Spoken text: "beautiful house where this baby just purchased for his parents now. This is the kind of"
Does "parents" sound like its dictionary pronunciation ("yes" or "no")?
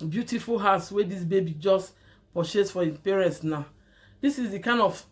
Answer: yes